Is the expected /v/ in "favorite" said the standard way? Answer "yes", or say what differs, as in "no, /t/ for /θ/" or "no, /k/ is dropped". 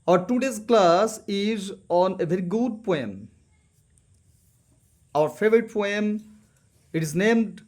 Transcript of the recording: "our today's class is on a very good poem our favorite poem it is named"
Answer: yes